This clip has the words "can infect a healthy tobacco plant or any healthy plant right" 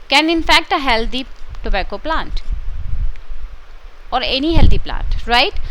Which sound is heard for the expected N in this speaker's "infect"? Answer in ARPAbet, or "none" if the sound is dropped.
N